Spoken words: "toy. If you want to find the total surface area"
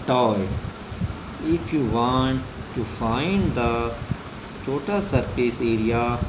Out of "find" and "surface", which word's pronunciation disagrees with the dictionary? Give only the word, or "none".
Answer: surface